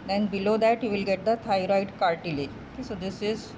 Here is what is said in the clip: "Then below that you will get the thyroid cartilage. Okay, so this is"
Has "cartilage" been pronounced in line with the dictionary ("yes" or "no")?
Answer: no